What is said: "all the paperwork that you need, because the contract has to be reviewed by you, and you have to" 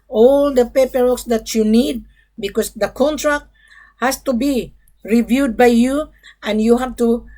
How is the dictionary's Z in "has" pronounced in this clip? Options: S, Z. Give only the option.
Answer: S